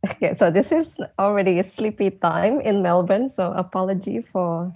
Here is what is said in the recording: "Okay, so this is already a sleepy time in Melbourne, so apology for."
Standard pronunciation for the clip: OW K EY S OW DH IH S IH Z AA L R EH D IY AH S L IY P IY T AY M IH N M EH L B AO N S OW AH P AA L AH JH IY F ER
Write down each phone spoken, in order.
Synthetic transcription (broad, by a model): OW K EY S OW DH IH S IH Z AA L R EH D IY S L IY P IY T AY M IH N M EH L B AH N S OW AH P AA L AH JH IY F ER